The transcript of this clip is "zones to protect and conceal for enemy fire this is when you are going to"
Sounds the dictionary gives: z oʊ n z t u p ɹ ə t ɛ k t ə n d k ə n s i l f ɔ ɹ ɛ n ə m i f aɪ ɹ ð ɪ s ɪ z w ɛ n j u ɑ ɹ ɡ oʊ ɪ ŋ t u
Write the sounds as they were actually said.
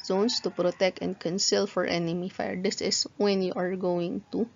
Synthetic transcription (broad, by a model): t oʊ n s t u p ɹ ə t ɛ k t ə n d k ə n s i l f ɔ ɹ ɛ n ə m i f aɪ ɹ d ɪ s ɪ s w ɛ n j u ɑ ɹ ɡ oʊ ɪ ŋ t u